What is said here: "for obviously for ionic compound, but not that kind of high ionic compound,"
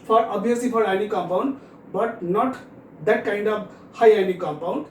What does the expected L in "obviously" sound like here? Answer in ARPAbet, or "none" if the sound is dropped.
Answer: none